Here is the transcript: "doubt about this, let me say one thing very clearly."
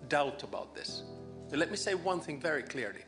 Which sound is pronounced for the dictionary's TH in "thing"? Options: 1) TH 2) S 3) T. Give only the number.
1